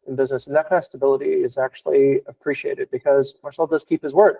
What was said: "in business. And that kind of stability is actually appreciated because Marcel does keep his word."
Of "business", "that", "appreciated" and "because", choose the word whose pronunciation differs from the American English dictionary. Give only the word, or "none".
none